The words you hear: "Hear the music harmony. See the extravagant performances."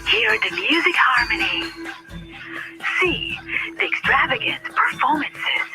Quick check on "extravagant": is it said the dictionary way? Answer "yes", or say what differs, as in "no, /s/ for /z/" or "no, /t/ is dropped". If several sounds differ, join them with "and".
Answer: yes